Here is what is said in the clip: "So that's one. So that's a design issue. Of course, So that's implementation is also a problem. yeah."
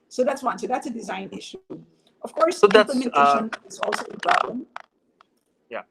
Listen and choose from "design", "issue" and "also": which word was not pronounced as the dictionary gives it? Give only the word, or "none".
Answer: none